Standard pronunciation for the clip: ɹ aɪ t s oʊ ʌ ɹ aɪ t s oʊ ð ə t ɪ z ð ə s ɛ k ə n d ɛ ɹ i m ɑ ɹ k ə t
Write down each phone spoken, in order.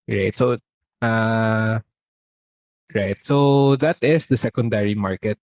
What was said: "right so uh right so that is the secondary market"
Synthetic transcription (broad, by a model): ɹ aɪ t s oʊ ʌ ɹ aɪ t s oʊ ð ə t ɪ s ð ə s ɛ k ə n d ɛ ɹ i m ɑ ɹ k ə t